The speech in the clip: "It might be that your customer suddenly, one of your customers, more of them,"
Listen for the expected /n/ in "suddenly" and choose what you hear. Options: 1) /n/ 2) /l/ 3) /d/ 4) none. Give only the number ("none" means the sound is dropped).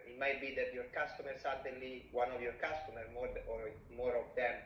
4